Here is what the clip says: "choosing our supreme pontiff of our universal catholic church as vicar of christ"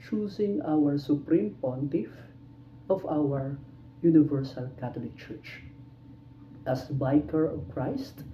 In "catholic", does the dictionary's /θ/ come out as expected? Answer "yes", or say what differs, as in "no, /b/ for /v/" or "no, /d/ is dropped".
no, /t/ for /θ/